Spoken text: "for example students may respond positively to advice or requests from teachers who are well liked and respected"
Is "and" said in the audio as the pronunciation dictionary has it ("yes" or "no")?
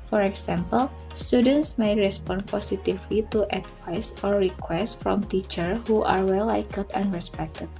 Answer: no